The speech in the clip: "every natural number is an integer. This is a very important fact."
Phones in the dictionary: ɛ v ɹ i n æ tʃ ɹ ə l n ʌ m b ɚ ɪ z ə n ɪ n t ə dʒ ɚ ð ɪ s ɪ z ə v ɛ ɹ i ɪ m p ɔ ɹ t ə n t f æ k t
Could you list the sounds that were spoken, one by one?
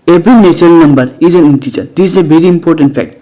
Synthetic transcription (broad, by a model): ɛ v ɹ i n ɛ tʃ ə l n ʌ m b ɚ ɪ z ə n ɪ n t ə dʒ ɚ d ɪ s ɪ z ə v ɛ ɹ i ɪ m p ɔ ɹ t ə n t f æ k t